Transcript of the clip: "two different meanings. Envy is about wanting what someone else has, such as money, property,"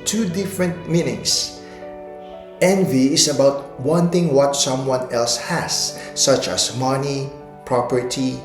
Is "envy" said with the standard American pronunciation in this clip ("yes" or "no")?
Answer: yes